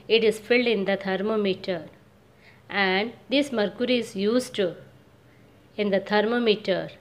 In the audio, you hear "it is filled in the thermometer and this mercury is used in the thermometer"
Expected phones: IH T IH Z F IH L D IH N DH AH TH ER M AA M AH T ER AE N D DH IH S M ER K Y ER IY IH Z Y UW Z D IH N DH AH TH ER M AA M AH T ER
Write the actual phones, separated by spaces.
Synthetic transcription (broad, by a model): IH T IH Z F IH L D IH N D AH T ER M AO M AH T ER AE N D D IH S M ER K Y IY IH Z Y UW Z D IH N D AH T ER M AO M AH T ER